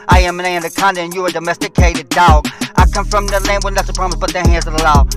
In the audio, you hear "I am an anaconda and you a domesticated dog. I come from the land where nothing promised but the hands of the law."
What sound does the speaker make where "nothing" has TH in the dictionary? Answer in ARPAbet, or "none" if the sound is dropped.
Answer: S